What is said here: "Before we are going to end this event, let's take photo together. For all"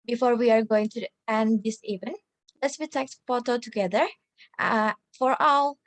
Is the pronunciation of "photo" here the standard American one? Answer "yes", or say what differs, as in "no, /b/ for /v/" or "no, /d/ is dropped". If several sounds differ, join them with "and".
no, /p/ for /f/